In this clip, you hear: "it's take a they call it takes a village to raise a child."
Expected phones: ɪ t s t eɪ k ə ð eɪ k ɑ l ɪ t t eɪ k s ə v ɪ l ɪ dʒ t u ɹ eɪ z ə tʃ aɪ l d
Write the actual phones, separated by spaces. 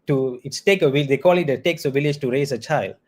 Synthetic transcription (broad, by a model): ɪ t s t eɪ k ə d eɪ k ɑ l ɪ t t eɪ k s ə v ɪ l ɪ dʒ t u ɹ eɪ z ə tʃ aɪ l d